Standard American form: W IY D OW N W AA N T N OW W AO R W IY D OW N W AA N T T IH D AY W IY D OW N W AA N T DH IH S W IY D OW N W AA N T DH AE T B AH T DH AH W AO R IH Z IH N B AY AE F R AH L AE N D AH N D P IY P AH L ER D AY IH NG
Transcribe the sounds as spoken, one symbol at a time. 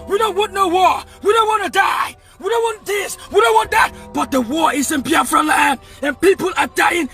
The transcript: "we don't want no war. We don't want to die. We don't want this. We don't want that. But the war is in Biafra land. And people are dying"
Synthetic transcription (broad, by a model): W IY D OW N W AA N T N OW W AO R W IY D OW N W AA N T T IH D AY W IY D OW N W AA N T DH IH S W IY D OW N W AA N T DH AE T B AH T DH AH W AO R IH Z IH N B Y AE F R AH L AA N AH N P IY P AH L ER D AY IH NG